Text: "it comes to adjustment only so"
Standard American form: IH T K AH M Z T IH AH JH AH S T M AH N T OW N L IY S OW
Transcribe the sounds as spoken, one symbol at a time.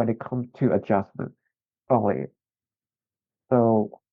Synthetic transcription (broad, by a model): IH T K AH M T IH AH JH AH S M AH N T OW L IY S OW